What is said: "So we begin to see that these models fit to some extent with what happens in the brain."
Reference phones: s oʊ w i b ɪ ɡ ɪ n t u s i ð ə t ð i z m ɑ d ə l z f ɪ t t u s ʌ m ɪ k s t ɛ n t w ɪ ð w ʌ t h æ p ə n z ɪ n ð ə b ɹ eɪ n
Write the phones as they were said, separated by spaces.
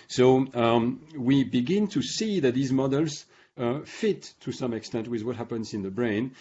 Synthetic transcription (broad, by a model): s oʊ w i b ɪ ɡ ɪ n t u s i ð ə t ð i z m ɑ d ə l z f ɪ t t u s ʌ m ɪ k s t ɛ n t w ɪ ð w ʌ t h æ p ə n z ɪ n ð ə b ɹ eɪ n